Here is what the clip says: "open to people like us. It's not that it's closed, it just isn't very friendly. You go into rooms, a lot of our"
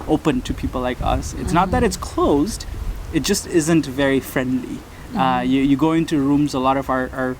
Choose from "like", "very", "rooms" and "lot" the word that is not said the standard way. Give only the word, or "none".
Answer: none